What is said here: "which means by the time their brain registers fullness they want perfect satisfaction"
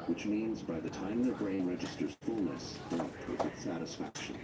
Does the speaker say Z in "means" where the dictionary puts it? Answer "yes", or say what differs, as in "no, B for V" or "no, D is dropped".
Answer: yes